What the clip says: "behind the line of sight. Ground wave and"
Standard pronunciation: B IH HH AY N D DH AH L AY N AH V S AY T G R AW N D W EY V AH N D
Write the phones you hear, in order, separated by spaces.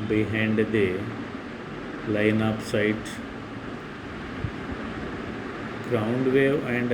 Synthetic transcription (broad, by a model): B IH HH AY N D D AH L AY N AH P S AY T G R AW N D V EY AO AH N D